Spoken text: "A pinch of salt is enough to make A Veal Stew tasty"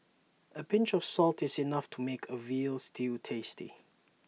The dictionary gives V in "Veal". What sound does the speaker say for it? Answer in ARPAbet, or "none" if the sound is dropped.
V